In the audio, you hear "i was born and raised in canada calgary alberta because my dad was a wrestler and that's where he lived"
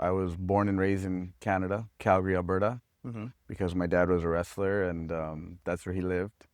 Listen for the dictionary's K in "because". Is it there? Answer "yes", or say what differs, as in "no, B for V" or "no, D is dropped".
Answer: yes